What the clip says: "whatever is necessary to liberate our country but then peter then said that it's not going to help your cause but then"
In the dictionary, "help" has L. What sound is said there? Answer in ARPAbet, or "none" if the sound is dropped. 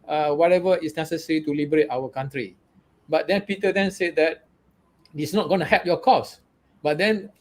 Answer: none